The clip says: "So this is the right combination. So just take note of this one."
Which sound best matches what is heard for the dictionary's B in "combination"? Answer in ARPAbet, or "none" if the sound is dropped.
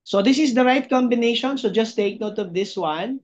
B